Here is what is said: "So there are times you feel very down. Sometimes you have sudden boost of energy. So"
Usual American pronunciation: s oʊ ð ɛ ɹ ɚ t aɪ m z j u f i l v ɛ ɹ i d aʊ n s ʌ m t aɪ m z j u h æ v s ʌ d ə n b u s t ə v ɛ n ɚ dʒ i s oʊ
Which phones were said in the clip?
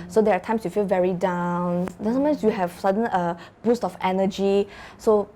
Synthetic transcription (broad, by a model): s oʊ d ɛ ɹ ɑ t aɪ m s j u f i l v ɛ ɹ i d aʊ n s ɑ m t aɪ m s j u h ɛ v s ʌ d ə n b u s t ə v ɛ n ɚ dʒ i s oʊ